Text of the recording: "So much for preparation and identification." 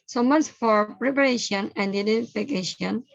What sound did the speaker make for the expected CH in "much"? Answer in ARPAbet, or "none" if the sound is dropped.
S